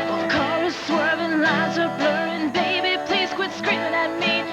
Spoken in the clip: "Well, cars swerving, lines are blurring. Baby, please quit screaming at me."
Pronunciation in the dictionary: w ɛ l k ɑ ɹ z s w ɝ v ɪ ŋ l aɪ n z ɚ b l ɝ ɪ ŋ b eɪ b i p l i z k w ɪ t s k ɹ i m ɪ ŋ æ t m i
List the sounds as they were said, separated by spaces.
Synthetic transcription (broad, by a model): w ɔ k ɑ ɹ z s w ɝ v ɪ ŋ l aɪ z ɚ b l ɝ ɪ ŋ b eɪ b i p l i z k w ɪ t s k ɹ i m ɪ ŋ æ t m i